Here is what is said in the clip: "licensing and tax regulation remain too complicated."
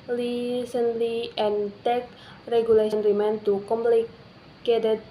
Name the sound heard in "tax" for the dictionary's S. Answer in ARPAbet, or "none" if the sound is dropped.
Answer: none